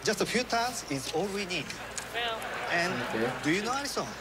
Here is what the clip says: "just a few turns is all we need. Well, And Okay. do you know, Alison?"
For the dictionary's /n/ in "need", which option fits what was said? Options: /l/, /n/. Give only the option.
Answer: /n/